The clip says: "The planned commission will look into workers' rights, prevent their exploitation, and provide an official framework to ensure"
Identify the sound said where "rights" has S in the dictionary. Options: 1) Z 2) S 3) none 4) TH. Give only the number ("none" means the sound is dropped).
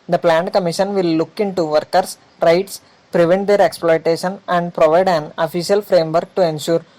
2